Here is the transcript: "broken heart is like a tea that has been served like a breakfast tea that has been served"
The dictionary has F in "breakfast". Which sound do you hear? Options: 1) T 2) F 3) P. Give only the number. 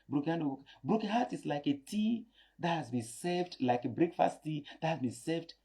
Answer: 2